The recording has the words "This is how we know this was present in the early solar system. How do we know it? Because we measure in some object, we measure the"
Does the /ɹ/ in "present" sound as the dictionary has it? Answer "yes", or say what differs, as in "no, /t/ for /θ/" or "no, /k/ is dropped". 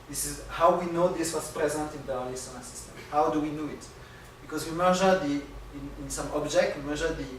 yes